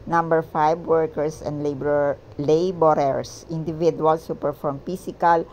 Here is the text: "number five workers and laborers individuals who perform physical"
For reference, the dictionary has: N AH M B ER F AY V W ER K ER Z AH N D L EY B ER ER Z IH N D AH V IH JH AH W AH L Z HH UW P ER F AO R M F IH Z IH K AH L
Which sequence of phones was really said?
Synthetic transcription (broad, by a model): N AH M B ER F AY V W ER K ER S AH N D L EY B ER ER S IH N D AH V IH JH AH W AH L S HH UW P ER F AO R M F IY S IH K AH L